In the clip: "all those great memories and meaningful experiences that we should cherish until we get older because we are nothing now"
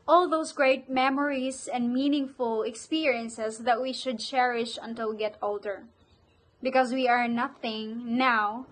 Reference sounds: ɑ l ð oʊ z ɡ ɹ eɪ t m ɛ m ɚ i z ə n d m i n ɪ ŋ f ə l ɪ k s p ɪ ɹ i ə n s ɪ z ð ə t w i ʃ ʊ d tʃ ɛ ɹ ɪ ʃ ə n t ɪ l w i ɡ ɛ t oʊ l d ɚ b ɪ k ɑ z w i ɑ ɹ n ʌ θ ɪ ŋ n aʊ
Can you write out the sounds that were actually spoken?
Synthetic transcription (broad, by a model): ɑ l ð oʊ s ɡ ɹ eɪ t m ɛ m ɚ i s ə n d m i n ɪ ŋ f ə l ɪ k s p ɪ ɹ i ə n s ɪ s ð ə t w i ʃ ʊ d tʃ ɛ ɹ ɪ ʃ ə n t ɪ l ɡ ɛ t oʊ l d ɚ b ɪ k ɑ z w i ɑ ɹ n ʌ θ ɪ ŋ n aʊ